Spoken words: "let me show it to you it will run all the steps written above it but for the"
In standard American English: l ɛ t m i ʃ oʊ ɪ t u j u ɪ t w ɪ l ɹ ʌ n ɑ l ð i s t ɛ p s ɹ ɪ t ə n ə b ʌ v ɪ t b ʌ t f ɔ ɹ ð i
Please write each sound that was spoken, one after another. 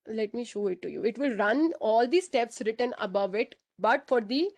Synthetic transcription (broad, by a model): l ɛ t m i ʃ oʊ ɪ t u j u ɪ t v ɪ l ɹ ʌ n ɑ l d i s t ɛ p s ɹ ɪ t ə n ə b ʌ v ɪ t b ʌ t f ɔ ɹ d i